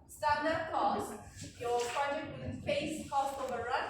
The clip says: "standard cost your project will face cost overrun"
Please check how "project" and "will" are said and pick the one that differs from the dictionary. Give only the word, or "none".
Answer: will